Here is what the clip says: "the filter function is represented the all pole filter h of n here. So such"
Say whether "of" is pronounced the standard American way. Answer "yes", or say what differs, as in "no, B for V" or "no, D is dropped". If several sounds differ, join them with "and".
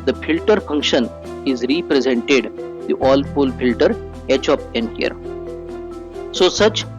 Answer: no, P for V